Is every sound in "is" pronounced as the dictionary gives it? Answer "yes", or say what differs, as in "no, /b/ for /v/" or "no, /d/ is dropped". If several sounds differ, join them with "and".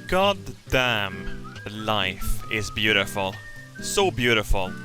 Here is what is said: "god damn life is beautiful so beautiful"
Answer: yes